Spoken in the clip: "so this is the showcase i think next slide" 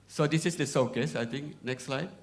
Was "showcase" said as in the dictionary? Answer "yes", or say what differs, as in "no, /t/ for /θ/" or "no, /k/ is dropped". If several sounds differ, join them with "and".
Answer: no, /s/ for /ʃ/